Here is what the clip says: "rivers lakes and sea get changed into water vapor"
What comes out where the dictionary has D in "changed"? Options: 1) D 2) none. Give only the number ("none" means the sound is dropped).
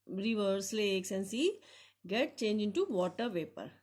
2